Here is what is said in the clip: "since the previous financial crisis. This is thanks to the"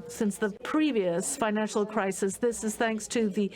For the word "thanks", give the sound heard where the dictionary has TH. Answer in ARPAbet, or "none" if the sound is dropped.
TH